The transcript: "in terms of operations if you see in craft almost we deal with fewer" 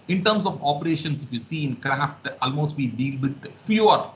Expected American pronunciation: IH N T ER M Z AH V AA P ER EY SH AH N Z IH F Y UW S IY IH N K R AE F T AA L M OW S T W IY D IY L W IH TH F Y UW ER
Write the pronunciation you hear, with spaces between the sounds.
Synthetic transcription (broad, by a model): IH N T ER M S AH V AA P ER EY SH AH N S IH F Y UW S IY IH N K R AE F T AA L M OW S T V IY D IY L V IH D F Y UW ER